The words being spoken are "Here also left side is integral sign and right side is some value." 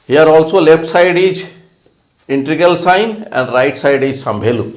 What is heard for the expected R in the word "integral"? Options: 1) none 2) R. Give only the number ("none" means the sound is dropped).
1